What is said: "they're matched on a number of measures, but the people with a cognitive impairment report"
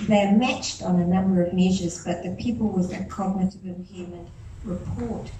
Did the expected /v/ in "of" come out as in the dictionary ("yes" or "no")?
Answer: yes